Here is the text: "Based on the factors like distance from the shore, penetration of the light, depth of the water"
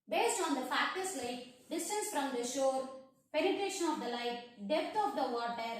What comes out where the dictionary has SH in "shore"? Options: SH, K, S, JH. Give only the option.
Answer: SH